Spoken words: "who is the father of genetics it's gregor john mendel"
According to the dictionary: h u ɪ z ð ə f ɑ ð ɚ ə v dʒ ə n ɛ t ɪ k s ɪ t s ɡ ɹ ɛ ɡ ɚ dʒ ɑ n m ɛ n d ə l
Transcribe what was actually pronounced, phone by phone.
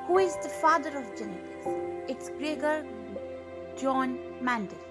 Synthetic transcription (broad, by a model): h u ɪ z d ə f ɑ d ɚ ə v dʒ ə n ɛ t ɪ s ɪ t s ɡ ɹ ɛ ɡ ɚ dʒ ɑ n m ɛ n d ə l